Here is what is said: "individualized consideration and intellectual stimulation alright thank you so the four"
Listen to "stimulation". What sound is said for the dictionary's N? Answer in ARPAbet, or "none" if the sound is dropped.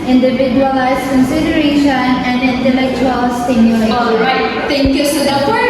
none